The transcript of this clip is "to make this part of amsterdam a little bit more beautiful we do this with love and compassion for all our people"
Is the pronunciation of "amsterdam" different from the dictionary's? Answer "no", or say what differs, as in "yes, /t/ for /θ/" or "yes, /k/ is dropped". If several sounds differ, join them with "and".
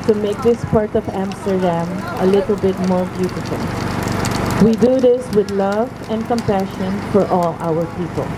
no